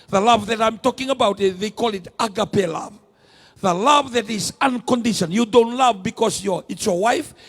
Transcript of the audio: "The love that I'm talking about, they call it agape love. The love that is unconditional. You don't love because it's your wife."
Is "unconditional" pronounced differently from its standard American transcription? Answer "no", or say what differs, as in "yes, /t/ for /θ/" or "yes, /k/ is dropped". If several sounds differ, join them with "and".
yes, /n/ is dropped and /n/ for /l/